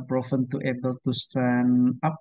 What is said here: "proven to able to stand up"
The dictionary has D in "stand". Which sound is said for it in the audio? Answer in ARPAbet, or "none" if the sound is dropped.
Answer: none